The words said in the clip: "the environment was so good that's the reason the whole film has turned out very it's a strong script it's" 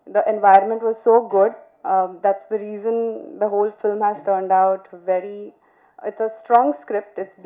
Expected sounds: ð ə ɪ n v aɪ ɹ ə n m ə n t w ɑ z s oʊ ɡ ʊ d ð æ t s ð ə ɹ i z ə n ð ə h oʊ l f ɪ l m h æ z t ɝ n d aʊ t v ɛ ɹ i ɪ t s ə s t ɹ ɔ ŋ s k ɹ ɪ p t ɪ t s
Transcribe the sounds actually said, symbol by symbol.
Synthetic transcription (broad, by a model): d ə ɪ n v aɪ ɹ ə n m ə n t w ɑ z s oʊ ɡ ʊ d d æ t s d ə ɹ i z ə n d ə h oʊ l f ɪ l m h æ z t ɝ n d aʊ t v ɛ ɹ i ɪ t s ə s t ɹ ɔ ŋ s k ɹ ɪ p t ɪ t s